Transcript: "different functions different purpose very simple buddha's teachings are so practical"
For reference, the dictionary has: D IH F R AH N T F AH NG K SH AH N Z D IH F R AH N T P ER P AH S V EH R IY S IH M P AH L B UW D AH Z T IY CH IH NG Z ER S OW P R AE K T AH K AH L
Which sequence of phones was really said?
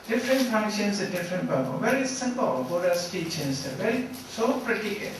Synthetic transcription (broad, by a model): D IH F R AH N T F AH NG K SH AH N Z D IH F R AH N T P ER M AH V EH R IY S IH M P AH L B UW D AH S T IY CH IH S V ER S OW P R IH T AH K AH